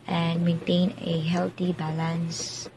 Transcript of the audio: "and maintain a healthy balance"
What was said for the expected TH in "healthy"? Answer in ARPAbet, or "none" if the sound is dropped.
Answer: T